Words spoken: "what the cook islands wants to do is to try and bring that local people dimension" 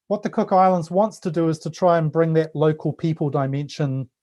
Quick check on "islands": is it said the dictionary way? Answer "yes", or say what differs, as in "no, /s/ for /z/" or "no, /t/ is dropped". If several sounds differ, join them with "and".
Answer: yes